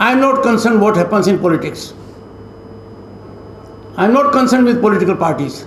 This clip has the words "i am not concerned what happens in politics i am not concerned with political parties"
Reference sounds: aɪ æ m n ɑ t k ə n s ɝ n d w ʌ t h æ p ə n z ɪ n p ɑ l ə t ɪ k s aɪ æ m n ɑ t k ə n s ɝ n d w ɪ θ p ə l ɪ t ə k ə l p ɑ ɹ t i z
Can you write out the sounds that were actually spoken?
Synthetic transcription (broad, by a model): aɪ m n ɑ t k ə n s ɝ n d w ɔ t h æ p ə n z ɪ n p ɑ l ə t ɪ k s aɪ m n ɑ t k ə n s ɝ n d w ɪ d p ə l ɪ t ə k ə l p ɑ ɹ t i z